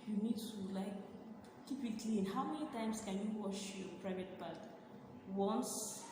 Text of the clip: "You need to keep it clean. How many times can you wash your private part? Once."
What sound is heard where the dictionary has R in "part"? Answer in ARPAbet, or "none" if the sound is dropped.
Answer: L